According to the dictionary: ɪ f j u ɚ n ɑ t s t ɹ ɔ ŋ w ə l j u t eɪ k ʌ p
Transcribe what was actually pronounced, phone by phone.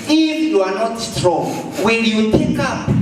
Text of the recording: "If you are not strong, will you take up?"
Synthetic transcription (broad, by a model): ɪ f j u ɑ n ɑ t s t ɹ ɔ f w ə n j u t eɪ k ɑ p